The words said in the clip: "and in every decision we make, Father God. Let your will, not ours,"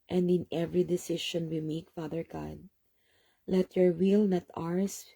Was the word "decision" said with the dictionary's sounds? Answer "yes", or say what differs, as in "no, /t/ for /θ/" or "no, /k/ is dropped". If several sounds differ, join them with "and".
no, /ʃ/ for /ʒ/